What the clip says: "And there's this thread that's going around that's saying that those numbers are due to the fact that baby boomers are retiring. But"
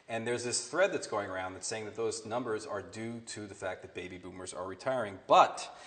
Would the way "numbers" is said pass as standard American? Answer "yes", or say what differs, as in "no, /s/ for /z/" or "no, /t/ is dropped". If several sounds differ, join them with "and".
yes